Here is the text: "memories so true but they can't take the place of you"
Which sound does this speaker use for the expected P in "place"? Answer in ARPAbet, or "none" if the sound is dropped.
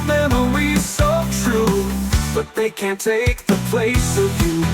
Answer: P